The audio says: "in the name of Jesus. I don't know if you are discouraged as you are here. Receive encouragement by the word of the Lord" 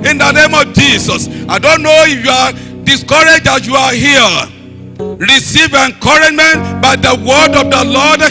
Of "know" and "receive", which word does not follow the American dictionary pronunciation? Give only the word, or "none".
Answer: none